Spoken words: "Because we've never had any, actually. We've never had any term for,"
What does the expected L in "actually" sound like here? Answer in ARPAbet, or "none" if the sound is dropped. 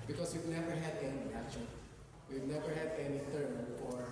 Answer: none